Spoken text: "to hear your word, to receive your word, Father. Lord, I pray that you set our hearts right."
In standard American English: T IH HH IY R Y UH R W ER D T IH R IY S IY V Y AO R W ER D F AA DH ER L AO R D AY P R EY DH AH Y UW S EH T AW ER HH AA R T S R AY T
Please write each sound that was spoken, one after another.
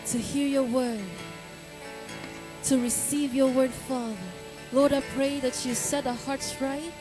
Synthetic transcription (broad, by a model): T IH HH IY R Y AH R W ER D T IH R IY S IY V Y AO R W ER D F AA DH ER L AO R D AY P R EY DH AH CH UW S EH T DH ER HH AA R T S R AY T